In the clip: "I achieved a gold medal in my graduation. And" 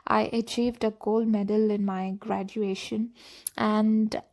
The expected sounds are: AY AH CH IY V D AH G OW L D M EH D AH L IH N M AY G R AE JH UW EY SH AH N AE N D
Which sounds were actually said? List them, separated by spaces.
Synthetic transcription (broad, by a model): AY AH CH IY V D AH G OW L D M EH D AH L IH N M AY G R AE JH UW EY SH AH N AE N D